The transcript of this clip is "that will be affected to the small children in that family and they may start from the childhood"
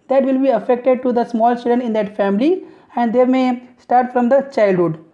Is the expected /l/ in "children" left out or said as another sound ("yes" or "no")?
yes